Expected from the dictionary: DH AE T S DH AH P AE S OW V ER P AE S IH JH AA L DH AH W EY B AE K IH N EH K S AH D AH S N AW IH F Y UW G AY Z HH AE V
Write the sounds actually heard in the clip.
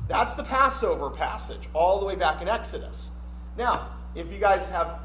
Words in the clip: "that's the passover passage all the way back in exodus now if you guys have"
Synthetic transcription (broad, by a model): DH AE T S DH AH P AE S OW V ER P AE S IH JH AA L DH AH W EY B AE K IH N EH K S AH D AH S N AW IH F Y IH G AY Z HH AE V